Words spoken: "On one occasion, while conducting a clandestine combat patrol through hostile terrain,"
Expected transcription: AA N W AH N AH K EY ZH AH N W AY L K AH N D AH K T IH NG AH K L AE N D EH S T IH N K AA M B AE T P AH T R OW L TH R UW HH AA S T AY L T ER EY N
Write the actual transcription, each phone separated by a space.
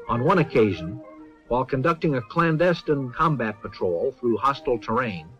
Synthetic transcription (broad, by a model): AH N W AH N AH K EY ZH AH N W AY L K AH N D AH K T IH NG AH K L AE N D EH S T IH N K AA M B AE T P AH T R OW L TH R UW HH AA S T L T ER EY N